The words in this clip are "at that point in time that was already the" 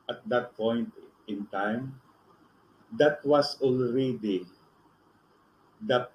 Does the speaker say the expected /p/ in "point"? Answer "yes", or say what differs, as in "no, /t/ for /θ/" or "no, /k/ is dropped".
yes